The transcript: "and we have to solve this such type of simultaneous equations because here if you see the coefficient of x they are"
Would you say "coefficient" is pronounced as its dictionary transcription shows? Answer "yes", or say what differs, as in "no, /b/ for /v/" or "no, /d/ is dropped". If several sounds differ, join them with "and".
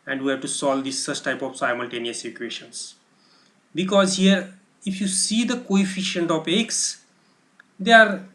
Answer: yes